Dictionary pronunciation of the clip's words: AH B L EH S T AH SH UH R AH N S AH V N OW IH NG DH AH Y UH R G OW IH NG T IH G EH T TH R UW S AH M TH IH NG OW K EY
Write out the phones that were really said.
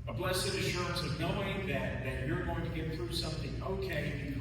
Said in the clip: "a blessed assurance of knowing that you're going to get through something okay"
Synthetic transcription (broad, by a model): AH B L EH S AH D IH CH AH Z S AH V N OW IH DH DH AH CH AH R G OW IH NG T IH G EH T TH R UW S AH M TH IH NG OW K EY